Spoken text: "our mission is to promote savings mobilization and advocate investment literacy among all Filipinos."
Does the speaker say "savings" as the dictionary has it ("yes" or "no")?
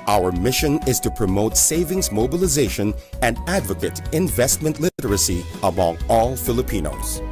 yes